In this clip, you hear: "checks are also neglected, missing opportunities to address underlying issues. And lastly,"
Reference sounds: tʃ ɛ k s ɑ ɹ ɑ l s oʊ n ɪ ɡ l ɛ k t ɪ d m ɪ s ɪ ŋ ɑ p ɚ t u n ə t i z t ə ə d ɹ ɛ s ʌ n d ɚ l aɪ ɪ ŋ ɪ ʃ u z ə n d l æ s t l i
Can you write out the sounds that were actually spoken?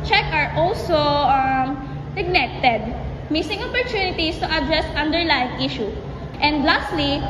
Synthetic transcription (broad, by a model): tʃ ɛ k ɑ ɹ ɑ l s oʊ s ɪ ɡ n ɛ t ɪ d m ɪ s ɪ ŋ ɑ p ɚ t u n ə t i s t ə ə d ɹ ɛ s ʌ n d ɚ l aɪ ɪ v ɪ ʃ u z ə n d l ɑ s t l i